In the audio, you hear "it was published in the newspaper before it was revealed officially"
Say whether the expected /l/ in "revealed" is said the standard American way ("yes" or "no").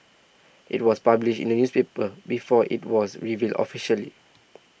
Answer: yes